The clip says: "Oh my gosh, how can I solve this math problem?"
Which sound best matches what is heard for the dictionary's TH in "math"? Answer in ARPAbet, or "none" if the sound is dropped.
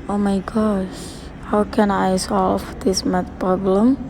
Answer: T